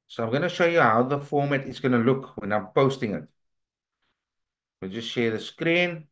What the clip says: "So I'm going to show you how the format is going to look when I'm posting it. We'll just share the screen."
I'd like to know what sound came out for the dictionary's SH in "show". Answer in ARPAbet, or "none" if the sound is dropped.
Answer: SH